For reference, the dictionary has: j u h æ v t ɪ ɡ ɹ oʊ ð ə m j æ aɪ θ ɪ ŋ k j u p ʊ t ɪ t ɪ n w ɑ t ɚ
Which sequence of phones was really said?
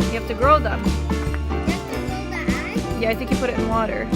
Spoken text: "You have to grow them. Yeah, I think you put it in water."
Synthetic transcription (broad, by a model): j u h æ f t ɪ ɡ ɹ oʊ ð ə m j æ aɪ θ ɪ ŋ k j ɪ p ʊ t ɪ t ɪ n w ɑ t ɚ